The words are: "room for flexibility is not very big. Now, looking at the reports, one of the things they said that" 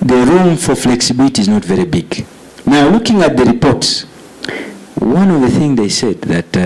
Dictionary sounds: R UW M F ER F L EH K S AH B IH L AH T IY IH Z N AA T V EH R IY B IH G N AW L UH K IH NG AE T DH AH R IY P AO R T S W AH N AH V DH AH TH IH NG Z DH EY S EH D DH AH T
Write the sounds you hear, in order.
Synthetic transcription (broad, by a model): R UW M F ER F L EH K S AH B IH L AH T IY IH Z N AA T V EH R IY B IH G N AW L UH K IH NG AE T DH AH R IY P AO R T S W AH N AH V DH AH TH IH NG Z DH EY S EH D DH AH T